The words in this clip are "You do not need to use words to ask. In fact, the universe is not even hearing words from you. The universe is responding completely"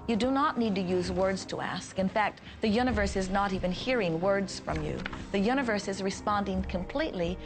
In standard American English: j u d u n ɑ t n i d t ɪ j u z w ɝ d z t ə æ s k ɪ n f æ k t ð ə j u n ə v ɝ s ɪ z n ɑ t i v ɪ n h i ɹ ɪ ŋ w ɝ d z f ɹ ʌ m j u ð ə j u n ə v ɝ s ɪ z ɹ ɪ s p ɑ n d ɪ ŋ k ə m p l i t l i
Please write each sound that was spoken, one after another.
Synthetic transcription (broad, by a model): j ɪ d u n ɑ t n i d t ɪ j u z w ɝ d z t ə æ s k ɪ n f æ k t ð ə j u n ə v ɝ s ɪ z n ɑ t i v ɪ n h i ɹ ɪ ŋ w ɝ d z f ɹ ʌ m j u ð ə j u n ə v ɝ s ɪ z ɹ ɪ s p ɑ n d ɪ ŋ k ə m p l i t l i